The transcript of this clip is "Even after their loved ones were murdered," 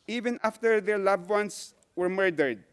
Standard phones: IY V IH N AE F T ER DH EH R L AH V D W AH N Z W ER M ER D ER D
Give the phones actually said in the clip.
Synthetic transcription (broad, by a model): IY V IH N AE F T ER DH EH R L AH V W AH N S W ER M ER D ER D